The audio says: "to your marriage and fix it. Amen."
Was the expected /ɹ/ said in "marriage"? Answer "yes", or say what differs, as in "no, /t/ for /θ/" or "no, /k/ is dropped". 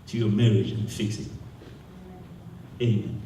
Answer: yes